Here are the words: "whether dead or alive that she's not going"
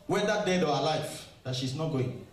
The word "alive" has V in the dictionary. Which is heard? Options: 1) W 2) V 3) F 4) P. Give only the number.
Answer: 3